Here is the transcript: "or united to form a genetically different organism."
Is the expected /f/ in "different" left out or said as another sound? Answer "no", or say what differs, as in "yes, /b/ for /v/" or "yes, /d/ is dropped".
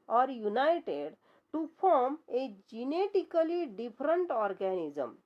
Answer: yes, /p/ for /f/